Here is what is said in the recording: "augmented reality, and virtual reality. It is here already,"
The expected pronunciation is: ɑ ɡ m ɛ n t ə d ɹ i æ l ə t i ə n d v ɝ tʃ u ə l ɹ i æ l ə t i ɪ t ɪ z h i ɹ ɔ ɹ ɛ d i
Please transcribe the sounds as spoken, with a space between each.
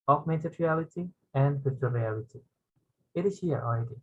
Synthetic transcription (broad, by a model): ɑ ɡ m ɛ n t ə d ɹ i æ l ə t i ə n d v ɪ s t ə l ɹ i æ l ə t i ɪ t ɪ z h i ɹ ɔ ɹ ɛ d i